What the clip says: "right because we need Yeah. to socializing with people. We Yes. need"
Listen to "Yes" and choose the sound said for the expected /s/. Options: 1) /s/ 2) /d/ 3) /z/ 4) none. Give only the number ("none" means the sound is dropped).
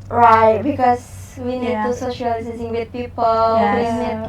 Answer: 4